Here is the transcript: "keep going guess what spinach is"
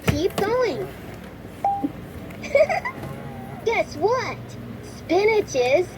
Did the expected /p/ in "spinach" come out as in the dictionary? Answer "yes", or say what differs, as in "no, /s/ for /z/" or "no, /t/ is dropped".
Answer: yes